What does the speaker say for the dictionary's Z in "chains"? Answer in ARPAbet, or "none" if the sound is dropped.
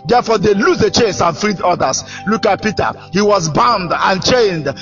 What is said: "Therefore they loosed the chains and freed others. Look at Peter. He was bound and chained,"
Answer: S